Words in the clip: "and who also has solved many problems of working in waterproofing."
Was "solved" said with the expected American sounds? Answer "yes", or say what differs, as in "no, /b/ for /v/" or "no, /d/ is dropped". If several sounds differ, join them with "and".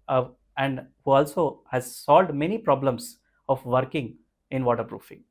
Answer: no, /v/ is dropped